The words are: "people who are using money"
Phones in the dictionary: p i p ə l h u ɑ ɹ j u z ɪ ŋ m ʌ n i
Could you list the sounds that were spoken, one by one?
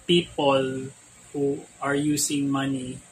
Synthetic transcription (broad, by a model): p i p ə l h u ɑ ɹ j u s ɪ ŋ m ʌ n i